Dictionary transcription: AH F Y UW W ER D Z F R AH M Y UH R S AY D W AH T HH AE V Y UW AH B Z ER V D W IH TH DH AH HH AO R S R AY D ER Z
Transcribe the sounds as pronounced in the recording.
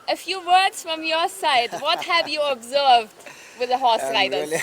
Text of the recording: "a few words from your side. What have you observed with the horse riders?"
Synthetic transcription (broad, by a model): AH F Y UW W ER D Z F R AH M Y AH R S AY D W AH T HH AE V Y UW AH B Z ER V D W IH DH AH HH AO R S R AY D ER